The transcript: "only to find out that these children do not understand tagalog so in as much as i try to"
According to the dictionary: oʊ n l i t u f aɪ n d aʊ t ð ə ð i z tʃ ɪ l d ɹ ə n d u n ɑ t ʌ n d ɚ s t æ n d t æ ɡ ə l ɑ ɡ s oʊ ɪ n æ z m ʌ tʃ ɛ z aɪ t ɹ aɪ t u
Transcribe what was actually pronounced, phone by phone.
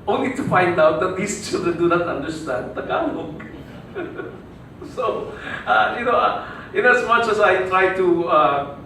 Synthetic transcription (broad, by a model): oʊ n l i t u f aɪ n d aʊ t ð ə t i s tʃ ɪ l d ə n d u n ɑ t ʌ n d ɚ s t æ n d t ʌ ɡ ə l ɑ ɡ s oʊ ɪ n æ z m ʌ tʃ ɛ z aɪ t ɹ aɪ t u